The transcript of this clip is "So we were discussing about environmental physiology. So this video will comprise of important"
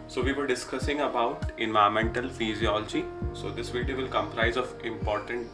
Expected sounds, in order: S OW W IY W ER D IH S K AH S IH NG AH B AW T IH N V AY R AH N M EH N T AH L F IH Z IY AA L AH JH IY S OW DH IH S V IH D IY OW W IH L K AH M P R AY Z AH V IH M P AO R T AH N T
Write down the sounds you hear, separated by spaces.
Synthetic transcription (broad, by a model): S OW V IY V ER D IH S K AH S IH NG AH B AW T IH N V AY AH M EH N T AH L F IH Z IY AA L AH JH IY S OW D IH S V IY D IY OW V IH L K AH M P R AY Z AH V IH M P AO R T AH N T